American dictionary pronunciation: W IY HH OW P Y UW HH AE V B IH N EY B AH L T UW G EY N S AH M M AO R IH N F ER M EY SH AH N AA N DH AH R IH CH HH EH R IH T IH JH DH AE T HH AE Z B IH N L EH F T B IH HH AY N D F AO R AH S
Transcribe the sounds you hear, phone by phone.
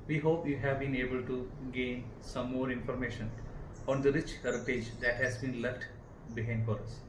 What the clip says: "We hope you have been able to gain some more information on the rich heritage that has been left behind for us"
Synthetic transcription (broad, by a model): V IY HH OW P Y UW HH AE V B IH N EY B AH L T UW G EY N S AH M M AO R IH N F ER M EY SH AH N AA N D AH R IH CH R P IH JH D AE T HH AE Z B IH N L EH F T B IH HH AY N D F AO R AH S